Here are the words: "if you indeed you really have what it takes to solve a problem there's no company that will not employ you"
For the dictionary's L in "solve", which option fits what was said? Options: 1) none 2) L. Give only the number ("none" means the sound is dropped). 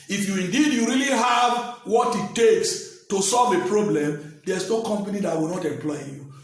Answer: 2